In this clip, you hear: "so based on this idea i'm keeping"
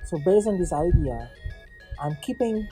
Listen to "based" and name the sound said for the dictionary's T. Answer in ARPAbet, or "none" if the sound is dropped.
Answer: none